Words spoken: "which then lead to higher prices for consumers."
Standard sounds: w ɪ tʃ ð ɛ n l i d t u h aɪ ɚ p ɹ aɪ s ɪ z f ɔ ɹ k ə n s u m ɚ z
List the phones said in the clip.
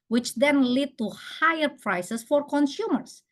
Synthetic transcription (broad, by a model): w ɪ tʃ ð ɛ n l i d t u h aɪ ɚ p ɹ aɪ s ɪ s f ɔ ɹ k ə n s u m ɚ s